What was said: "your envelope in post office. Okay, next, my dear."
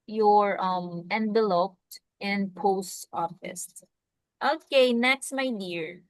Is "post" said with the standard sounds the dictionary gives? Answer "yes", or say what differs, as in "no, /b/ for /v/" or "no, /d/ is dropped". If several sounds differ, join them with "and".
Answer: yes